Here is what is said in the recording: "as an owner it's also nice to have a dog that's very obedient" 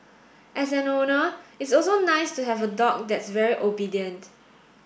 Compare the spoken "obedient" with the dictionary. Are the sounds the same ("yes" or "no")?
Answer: yes